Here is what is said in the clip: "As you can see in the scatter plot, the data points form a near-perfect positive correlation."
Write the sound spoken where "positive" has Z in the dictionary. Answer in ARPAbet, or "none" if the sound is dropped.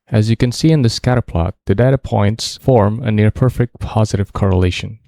Z